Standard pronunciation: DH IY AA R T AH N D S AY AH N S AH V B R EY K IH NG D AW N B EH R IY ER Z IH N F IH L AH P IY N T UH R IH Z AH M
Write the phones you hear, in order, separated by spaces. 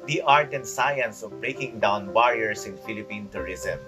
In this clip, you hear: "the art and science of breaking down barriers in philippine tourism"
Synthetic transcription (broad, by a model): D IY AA R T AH N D S AY AH N S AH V B R EY K IH NG D AW N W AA R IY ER S IH N F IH L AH P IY N T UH R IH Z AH M